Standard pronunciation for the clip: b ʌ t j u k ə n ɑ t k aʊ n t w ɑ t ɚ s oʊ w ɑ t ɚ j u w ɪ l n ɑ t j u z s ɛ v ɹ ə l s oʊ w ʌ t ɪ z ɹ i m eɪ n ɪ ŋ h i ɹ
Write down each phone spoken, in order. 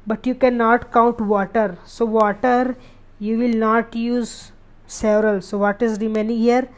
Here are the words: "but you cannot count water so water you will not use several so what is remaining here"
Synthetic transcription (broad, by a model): b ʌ t j u k ə n ɑ t k aʊ n t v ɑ t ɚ s oʊ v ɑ t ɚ j u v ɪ l n ɑ t j u z s ɛ v ɹ ə l s oʊ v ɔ t ɪ z ɹ i m eɪ n ɪ ŋ h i ɹ